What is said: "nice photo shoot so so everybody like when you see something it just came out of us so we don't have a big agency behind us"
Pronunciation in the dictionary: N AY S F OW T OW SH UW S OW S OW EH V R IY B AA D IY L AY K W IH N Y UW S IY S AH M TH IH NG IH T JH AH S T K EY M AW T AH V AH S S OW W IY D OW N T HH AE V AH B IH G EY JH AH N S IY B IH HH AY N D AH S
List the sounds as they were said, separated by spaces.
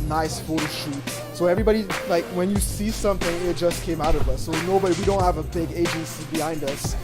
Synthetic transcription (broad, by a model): N AY S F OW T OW SH UW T S OW EH V R IY B AA D IY L AY K W IH N Y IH S IY S AH M TH IH NG IH T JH AH S K EY M AW T AH V AH S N OW W IY D OW N T HH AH V AH B IH G EY JH AH N S IY B IH HH AY N D AH S